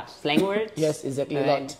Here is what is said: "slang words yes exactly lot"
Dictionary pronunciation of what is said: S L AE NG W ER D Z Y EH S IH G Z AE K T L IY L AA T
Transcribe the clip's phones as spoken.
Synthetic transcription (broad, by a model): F L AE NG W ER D Y EH S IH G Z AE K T L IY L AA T